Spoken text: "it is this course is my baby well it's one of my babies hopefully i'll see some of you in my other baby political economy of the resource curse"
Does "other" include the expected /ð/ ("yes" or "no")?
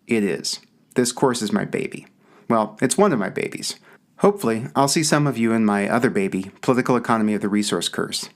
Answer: yes